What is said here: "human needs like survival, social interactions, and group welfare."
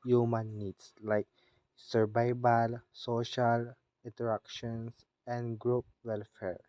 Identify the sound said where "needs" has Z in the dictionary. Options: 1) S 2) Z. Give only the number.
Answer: 1